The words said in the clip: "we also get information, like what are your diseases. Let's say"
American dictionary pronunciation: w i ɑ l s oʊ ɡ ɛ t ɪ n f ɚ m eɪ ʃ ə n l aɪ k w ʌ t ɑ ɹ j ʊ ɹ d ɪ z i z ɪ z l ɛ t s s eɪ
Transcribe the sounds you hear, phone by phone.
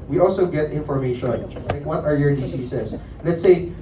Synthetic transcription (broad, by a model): w i ɑ l s oʊ ɡ ɛ t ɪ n f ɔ m eɪ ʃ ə n l aɪ k w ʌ t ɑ ɹ j ʊ ɹ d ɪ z i s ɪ s l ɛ t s s eɪ